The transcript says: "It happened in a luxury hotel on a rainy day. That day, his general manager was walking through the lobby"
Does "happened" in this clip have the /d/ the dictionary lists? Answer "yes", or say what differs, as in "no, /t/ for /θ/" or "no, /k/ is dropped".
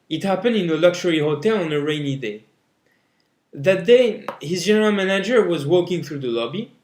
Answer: yes